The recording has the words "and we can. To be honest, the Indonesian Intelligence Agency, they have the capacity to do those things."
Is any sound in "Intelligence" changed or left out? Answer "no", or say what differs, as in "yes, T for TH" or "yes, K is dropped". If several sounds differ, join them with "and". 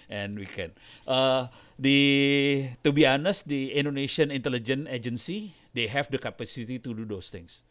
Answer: yes, S is dropped